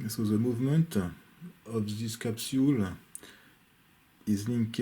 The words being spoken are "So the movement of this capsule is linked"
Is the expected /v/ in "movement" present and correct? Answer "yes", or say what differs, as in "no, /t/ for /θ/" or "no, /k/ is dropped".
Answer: yes